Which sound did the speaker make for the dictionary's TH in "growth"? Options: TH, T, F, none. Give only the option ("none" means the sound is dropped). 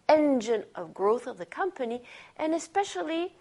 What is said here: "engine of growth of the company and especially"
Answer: TH